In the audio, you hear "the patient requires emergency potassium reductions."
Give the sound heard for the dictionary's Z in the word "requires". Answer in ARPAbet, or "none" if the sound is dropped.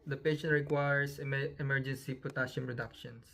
S